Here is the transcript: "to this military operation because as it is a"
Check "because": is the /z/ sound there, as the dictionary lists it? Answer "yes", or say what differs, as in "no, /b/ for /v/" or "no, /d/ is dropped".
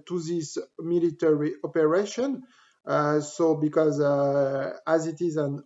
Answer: yes